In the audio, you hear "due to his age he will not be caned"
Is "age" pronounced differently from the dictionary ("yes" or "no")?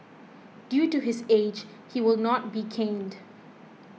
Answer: no